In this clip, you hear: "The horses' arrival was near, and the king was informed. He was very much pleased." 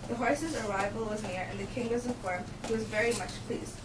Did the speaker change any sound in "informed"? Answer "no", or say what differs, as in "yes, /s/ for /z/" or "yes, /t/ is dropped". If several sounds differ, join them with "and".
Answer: yes, /n/ is dropped